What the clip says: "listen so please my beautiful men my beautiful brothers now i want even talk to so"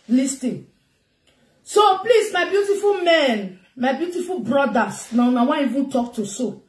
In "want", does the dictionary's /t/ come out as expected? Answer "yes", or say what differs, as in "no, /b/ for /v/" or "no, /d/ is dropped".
no, /t/ is dropped